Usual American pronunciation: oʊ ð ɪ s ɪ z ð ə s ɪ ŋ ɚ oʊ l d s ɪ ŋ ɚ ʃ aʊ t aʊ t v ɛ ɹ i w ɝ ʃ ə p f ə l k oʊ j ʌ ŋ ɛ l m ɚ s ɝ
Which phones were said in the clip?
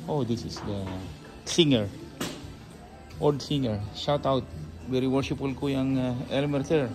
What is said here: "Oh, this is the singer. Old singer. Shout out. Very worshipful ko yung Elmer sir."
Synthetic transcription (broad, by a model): oʊ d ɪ s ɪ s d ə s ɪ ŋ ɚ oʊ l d s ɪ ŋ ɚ ʃ aʊ t aʊ t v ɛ ɹ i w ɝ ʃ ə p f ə l k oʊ j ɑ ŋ ɛ l m ɚ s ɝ